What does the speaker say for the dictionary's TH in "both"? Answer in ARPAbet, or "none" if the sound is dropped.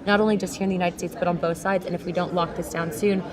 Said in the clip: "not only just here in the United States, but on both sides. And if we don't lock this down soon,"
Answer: TH